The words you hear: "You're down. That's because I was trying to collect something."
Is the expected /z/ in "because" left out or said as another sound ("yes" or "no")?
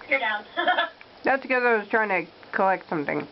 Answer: yes